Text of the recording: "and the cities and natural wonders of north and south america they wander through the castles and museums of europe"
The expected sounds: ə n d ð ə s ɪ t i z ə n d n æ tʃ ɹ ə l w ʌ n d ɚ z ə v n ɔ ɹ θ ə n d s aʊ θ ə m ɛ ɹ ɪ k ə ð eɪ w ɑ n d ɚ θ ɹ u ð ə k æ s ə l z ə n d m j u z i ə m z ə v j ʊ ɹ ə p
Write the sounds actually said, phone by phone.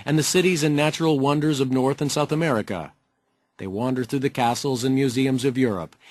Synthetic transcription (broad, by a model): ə n ð ə s ɪ t i z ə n n æ tʃ ɹ l w ʌ n d ɚ z ə v n ɔ ɹ θ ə n s aʊ θ ə m ɛ ɹ ɪ k ə ð eɪ w ɑ n d ɚ θ ɹ u ð ə k æ s l z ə n m j u z i ə m z ə v j ʊ ɹ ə p